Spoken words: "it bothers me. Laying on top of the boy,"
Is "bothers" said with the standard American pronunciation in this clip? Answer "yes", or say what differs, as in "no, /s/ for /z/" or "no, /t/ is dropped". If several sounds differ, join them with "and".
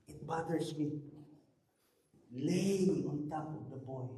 no, /s/ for /z/